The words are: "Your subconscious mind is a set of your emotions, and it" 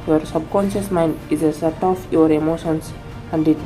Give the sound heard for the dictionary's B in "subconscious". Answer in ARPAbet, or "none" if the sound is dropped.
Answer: B